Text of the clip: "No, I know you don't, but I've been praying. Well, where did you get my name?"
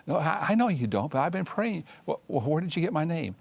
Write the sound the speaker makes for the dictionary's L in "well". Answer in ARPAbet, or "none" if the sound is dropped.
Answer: W